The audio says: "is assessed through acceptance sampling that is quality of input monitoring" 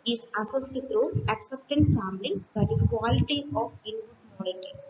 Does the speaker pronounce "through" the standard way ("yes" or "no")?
no